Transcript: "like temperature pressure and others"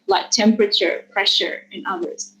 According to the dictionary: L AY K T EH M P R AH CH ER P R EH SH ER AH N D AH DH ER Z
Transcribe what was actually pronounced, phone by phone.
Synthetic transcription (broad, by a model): L AY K T EH M P R AH CH ER P R EH SH ER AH N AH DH ER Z